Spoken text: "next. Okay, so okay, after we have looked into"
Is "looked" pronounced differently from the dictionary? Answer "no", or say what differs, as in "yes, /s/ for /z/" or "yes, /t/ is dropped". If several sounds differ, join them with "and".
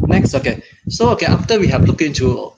yes, /t/ is dropped